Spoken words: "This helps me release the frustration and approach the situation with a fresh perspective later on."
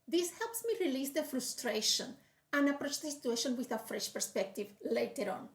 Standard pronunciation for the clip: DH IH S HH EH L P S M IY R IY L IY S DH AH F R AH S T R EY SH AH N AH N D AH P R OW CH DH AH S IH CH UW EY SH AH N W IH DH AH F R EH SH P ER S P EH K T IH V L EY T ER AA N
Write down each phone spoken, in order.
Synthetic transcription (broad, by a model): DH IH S HH EH L P S M IY R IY L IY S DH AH F R AH S T R EY SH AH N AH N AH P R OW CH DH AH S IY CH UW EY SH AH N W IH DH AH F R EH SH P ER S P EH K T IH V L EY T ER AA N